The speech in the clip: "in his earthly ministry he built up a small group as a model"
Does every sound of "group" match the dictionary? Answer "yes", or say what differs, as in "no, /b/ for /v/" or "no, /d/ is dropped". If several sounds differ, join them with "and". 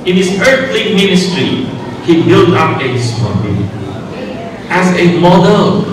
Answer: no, /p/ is dropped